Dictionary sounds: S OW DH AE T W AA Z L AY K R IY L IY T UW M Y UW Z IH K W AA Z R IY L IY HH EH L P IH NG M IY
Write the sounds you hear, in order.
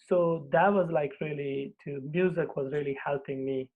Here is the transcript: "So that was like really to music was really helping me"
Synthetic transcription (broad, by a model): S OW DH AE T W AA Z L AY K R IY L IY T UW M Y UW Z IH K W AA Z R IY L IY HH EH L P IH NG M IY